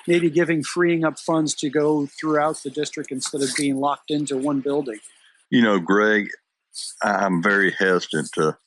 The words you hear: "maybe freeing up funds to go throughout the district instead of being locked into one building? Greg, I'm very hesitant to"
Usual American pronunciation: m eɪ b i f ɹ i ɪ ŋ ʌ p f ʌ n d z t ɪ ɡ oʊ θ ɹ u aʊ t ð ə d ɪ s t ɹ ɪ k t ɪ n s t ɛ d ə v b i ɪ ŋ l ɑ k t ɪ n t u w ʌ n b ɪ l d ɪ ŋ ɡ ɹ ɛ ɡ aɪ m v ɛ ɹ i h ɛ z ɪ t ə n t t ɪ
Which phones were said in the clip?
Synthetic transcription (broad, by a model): m eɪ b i f ɹ i ɪ ŋ ʌ p f ʌ n d z t ɪ ɡ oʊ θ ɹ u aʊ t ð ə d ɪ s t ɹ ɪ k t ɪ n s t ɛ d ə v b i ɪ ŋ l ɑ k t ɪ n t u w ʌ n b ɪ l d ɪ ŋ ɡ ɹ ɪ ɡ aɪ m v ɛ ɹ i h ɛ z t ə n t t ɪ